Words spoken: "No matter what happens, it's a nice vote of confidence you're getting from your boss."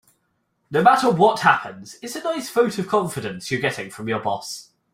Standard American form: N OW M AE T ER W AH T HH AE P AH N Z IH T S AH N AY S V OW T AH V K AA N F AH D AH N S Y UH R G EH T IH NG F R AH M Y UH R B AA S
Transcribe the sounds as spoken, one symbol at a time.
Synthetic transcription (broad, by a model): N OW M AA T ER W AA T HH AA P AH N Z IH T S AH N AY S F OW T AH V K AA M F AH D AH N S Y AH G EH T IH NG F R AH M Y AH B AA S